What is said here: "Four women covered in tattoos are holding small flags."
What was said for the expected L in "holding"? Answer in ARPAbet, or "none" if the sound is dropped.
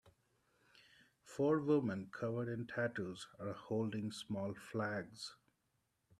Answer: L